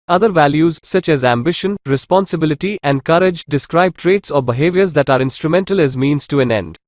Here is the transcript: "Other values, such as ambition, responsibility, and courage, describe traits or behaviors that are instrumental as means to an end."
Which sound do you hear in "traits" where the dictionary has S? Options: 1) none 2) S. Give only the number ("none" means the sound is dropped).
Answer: 2